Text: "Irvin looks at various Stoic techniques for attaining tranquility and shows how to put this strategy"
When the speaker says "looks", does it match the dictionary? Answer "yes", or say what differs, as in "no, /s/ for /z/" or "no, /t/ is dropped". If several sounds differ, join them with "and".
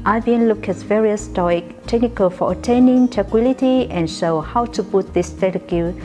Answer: no, /s/ is dropped